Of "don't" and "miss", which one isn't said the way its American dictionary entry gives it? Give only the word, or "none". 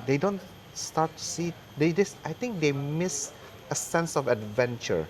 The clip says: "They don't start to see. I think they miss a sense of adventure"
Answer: none